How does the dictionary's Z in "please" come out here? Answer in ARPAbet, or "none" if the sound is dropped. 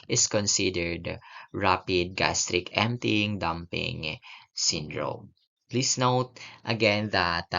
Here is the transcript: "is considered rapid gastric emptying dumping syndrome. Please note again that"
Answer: S